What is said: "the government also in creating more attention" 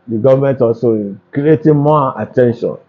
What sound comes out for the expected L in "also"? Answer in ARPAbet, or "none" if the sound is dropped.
none